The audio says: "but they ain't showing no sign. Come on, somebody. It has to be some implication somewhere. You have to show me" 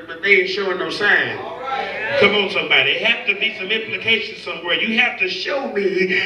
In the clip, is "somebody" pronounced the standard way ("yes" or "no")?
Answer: yes